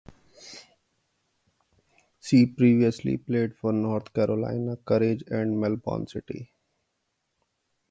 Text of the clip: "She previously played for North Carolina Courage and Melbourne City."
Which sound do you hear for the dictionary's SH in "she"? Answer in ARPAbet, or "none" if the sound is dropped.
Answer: S